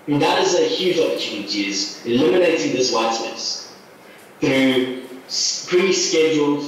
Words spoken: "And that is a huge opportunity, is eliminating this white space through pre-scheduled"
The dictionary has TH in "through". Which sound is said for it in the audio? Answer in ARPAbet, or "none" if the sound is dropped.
TH